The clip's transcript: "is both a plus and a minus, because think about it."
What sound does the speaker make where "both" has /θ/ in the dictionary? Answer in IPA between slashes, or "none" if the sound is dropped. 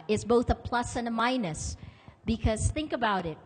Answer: /θ/